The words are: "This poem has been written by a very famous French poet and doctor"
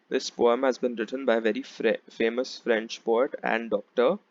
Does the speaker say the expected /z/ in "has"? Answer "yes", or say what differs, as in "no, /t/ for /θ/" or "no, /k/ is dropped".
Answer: yes